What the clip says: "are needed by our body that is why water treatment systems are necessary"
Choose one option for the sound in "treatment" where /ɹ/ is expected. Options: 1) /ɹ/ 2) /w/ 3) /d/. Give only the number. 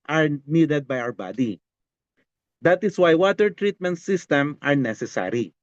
1